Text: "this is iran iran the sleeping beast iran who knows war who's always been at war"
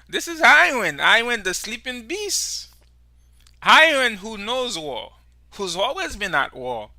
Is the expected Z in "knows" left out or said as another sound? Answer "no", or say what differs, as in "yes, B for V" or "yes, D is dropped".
no